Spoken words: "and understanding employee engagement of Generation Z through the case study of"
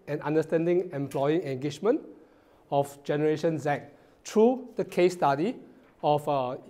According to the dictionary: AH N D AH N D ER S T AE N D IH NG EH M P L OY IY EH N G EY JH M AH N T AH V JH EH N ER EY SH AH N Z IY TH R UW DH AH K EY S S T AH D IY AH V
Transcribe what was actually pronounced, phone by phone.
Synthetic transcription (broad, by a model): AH N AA N D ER S T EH N D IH NG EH M P L OY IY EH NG G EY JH M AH N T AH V JH EH N ER EY SH AH N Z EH T R UW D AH K EY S S T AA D IY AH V